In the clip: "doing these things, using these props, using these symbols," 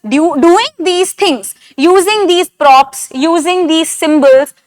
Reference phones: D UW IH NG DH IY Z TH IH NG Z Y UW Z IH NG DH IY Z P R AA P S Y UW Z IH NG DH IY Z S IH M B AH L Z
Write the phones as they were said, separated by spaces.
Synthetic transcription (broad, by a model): D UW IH NG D IY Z T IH NG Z Y UW Z IH NG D IY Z P R AA P S Y UW Z IH NG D IY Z S IH M B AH L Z